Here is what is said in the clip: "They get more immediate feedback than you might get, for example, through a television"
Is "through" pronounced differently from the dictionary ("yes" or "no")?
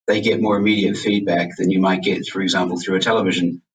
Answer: no